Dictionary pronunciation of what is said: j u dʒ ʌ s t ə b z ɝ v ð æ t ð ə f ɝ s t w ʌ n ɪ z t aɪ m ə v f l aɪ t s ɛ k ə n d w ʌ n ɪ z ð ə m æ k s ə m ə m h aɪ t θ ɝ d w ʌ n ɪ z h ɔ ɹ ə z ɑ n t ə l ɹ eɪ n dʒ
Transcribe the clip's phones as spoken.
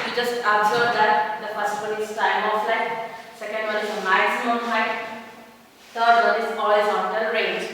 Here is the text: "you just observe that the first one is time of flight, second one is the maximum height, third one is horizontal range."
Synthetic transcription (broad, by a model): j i dʒ ʌ s t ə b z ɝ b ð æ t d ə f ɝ s t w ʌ n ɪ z t aɪ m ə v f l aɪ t s ɛ k ə n d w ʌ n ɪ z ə m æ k s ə m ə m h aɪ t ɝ d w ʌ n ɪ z ɔ l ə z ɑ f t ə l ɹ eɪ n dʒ